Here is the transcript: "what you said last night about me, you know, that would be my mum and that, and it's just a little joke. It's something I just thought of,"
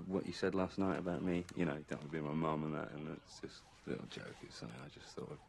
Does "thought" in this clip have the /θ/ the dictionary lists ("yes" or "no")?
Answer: yes